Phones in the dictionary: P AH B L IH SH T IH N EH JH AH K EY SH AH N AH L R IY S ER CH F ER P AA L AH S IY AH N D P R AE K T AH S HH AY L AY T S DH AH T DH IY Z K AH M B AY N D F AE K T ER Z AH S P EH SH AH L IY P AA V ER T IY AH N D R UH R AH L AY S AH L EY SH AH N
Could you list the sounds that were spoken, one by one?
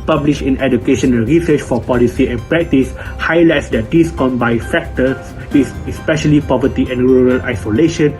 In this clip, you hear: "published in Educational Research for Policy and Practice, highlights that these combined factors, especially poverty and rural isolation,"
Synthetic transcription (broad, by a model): P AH B L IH SH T IH N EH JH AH K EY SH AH N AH L R IY S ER CH F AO P AA L AH S IY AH N P R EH K T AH S HH AY L AY T S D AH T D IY S K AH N B AY F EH K T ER S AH S P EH SH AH L IY P AA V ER T IY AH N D R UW R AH L AY S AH L EY SH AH N